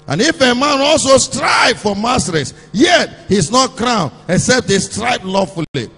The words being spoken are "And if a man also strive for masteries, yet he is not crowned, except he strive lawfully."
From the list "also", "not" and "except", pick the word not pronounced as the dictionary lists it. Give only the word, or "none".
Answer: none